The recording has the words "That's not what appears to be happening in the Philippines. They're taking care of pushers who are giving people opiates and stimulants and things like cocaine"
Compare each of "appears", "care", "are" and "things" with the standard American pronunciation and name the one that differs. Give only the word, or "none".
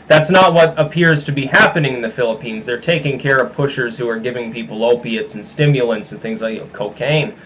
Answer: none